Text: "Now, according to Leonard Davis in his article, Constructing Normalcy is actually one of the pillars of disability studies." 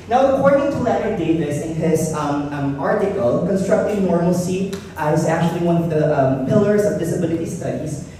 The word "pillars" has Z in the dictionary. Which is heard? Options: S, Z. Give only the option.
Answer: Z